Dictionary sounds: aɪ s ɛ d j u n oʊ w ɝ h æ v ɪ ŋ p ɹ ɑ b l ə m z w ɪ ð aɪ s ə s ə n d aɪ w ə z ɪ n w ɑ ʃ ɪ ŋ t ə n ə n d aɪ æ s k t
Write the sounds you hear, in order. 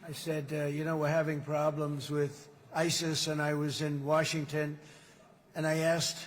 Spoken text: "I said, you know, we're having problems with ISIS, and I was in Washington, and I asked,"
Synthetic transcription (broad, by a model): aɪ s ɛ d j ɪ n oʊ w ɝ h æ v ɪ ŋ p ɹ ɑ b l ə m z w ɪ ð aɪ s ə s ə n aɪ w ə z ɪ n w ɑ ʃ ɪ ŋ t ə n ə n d aɪ æ s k t